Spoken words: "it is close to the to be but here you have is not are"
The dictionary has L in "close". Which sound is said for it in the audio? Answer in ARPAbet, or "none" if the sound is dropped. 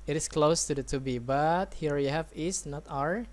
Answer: L